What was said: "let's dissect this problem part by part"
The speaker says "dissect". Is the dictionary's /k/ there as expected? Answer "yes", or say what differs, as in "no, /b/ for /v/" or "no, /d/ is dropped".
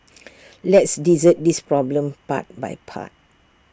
no, /k/ is dropped